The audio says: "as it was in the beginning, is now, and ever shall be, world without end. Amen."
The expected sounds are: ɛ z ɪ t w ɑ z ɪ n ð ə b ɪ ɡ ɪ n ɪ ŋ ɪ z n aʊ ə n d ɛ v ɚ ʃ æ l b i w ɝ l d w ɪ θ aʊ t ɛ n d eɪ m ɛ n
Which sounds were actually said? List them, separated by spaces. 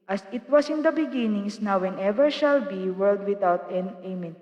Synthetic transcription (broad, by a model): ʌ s ɪ t w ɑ s ɪ n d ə b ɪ ɡ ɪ n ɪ ŋ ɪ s n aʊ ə n ɛ v ɚ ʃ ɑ l b i w ɝ l d w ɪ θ aʊ t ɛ n eɪ m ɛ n